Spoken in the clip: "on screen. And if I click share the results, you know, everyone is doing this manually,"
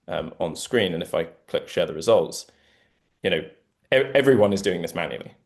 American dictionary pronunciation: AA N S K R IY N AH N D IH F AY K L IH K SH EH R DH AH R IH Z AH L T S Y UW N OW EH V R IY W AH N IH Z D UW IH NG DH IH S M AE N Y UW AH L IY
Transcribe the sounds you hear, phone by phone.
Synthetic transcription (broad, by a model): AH N S K R IY N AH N IH F AY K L IH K SH EH DH AH R IH Z AH L T S Y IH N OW EH V R IY W AH N IH Z D UW IH NG DH IH S M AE N Y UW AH L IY